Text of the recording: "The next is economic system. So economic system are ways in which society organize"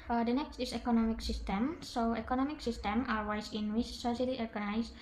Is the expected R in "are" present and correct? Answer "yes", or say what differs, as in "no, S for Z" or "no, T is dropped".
no, L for R